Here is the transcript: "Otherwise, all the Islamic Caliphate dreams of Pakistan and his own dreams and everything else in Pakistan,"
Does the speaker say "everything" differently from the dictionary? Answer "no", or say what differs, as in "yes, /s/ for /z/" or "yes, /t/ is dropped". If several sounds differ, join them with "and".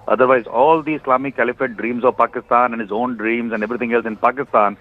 yes, /t/ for /θ/